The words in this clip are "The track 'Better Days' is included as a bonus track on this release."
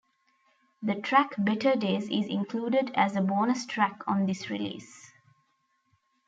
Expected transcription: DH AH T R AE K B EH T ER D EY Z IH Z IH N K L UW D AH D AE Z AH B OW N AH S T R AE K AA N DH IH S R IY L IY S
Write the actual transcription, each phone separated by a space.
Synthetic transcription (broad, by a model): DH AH T R AE K B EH T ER D EY Z IH Z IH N K L UW D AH D AE Z AH B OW N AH S T R AE K AA N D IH S R IY L IY S